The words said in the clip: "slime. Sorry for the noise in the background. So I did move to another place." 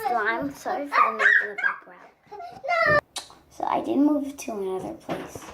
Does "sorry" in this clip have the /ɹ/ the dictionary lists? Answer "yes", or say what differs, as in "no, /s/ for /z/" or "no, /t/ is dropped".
no, /ɹ/ is dropped